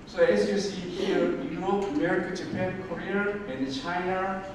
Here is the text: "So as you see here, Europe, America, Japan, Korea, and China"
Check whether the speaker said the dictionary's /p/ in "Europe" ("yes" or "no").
no